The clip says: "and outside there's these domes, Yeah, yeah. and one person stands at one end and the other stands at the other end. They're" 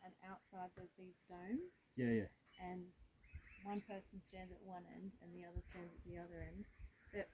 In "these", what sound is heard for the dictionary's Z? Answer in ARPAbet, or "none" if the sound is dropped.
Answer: Z